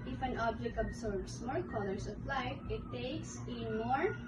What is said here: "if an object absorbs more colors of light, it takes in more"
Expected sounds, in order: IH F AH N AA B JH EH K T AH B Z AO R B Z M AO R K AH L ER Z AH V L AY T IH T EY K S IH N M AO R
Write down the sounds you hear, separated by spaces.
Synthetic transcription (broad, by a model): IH F AH N AA B JH EH K T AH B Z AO R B S M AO L K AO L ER S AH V L AY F IH T EY K S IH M AO R